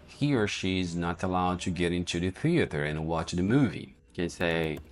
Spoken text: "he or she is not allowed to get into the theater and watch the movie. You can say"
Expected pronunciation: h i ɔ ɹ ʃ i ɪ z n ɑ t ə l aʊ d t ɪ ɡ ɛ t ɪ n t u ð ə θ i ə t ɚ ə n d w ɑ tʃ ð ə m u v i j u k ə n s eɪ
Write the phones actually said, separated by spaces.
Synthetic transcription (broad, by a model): h i ɹ ʃ i ɪ z n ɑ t ə l aʊ d t ɪ ɡ ɛ t ɪ n t u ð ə θ i ə t ɚ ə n w ɑ tʃ ð ə m u v i k ə n s eɪ